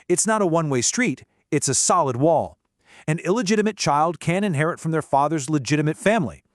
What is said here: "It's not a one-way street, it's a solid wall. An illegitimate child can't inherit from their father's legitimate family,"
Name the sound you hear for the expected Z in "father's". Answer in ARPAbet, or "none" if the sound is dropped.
Z